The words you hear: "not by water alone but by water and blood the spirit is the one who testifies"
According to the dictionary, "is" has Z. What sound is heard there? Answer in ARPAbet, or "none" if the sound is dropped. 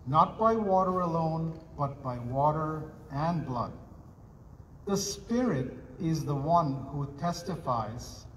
Z